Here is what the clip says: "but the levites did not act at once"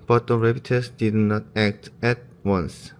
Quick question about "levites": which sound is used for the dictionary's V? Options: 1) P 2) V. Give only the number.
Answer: 1